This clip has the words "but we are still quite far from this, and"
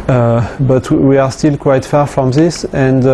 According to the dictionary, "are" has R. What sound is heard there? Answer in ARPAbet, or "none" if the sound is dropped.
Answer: R